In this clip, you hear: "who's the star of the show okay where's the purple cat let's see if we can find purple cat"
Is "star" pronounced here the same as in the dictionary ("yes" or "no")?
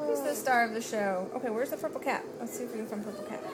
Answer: yes